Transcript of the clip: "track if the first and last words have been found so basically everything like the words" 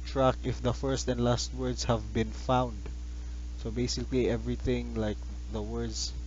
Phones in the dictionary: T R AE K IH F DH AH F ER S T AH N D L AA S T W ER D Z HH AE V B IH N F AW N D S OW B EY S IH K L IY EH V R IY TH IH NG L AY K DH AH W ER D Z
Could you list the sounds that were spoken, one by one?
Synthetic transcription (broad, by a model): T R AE K IH F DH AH F ER S T AH N D L AA S T W ER D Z HH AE V B IH N F AW N D S OW B EY S IH K L IY EH V R IY TH IH NG L AY K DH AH W ER D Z